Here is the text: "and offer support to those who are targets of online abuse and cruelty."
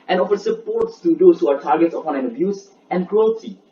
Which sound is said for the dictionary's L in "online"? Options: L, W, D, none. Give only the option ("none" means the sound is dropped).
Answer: none